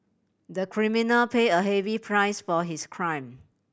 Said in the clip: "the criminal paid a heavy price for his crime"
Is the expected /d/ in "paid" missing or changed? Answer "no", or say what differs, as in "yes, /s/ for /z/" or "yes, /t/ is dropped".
yes, /d/ is dropped